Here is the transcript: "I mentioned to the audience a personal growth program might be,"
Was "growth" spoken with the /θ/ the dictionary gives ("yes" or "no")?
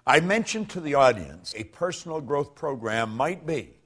yes